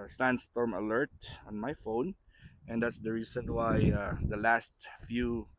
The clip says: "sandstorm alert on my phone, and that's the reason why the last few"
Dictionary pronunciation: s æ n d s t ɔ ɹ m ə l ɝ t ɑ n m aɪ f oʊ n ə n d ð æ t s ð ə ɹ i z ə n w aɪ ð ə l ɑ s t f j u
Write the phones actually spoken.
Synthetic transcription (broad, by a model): s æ n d s t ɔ ɹ m ə l ɝ t ɑ n m aɪ f oʊ n ə n d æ t s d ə ɹ i s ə n w aɪ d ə l ɑ s t f j u